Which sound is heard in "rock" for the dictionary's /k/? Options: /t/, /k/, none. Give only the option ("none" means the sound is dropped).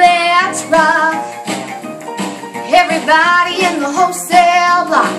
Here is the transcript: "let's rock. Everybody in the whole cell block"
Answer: none